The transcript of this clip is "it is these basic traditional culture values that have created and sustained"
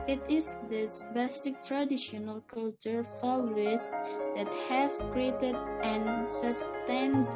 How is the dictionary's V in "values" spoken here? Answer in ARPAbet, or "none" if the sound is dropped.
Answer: F